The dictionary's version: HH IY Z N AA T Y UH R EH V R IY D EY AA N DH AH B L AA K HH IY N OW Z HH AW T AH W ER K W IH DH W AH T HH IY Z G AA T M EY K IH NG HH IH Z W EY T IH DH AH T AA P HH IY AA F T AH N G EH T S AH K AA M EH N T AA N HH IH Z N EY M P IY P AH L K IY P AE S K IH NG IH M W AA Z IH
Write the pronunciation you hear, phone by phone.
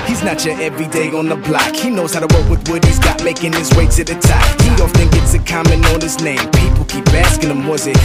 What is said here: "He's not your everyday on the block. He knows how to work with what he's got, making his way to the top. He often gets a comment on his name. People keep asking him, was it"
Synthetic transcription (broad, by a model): HH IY Z N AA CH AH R EH V R IY D EY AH N DH AH B L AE K HH IY N OW Z HH AW T AH W ER K W IH DH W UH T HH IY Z G AA T M EY K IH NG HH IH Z W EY S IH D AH T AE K HH IY AA F T AH N G EH T S AH K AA M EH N AA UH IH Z N EY M P IY P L K IY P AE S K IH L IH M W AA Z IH